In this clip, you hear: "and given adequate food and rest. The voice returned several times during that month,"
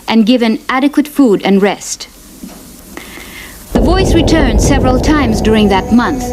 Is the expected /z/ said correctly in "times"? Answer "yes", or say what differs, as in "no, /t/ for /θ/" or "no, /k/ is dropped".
yes